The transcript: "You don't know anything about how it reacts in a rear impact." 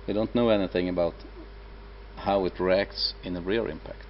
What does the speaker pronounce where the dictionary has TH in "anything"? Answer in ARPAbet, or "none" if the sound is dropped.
TH